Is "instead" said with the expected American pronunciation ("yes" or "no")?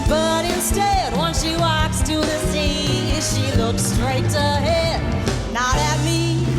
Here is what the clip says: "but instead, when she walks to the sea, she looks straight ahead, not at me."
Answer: yes